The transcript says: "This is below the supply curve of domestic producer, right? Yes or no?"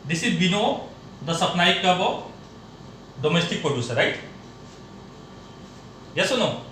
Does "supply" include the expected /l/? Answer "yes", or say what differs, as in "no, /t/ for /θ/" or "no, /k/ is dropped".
no, /n/ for /l/